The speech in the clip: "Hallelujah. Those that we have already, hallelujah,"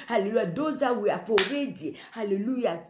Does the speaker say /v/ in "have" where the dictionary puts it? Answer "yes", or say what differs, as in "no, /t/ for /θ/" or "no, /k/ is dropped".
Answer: no, /f/ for /v/